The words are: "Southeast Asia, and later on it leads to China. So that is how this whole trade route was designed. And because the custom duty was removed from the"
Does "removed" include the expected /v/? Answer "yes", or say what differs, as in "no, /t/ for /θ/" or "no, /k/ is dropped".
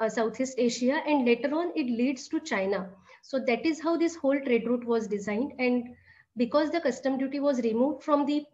yes